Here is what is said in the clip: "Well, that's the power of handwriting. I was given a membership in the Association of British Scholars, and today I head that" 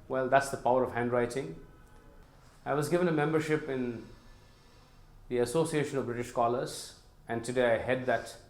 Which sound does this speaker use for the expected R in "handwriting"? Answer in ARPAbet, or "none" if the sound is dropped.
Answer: R